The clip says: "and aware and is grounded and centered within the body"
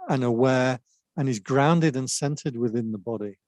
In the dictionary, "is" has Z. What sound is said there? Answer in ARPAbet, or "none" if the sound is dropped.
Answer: Z